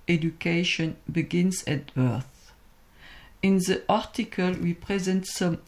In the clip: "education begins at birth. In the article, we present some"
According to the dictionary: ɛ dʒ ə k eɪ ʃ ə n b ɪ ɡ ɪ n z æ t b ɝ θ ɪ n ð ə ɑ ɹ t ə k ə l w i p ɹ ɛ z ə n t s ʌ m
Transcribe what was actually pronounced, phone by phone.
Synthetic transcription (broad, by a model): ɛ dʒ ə k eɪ ʃ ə n b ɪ ɡ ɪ n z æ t b ɝ θ ɪ n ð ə ɑ ɹ t ə k ə l w i p ɹ ɛ z ə n t s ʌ m